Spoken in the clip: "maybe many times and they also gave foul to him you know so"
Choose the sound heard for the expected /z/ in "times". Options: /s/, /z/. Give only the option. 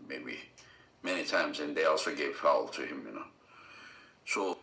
/z/